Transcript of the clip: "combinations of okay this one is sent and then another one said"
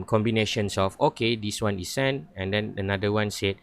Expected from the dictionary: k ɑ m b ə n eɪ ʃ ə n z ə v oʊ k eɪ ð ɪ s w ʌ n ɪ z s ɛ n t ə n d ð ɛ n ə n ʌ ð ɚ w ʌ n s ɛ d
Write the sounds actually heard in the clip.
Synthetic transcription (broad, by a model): k ɑ m b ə n eɪ ʃ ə n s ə f oʊ k eɪ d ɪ s w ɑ n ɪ s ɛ n ə n d ɛ n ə n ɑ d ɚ w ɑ n s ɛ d